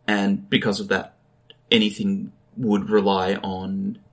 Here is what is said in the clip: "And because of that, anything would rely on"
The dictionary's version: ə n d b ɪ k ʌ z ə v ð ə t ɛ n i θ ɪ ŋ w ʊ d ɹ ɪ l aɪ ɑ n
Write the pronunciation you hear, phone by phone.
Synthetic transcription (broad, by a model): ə n b ɪ k ʌ z ə v ð ə t ɛ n i θ ɪ ŋ w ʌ d ɹ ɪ l aɪ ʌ n